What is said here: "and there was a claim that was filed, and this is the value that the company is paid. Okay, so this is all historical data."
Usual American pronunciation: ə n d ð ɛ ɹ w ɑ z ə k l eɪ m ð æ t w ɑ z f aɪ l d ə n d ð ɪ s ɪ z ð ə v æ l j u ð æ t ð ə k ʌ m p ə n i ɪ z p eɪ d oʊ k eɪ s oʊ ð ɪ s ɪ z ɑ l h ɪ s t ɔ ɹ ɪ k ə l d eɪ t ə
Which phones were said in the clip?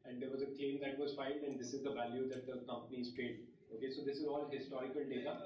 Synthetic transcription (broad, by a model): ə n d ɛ ɹ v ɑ z ə k l eɪ m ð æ t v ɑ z f aɪ n d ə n d ɪ s ɪ z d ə v æ l j u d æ t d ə k ʌ m p ə n i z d eɪ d oʊ k eɪ s oʊ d ɪ s ɪ z ɑ l h ɪ s t ɔ ɹ ɪ k ə l d eɪ t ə